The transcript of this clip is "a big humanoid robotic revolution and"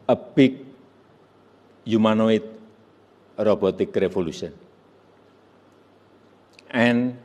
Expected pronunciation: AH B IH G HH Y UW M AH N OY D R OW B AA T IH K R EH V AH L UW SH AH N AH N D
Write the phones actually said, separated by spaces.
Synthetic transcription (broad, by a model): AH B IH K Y UW M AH N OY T R OW B AA T IH K R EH F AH L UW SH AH N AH N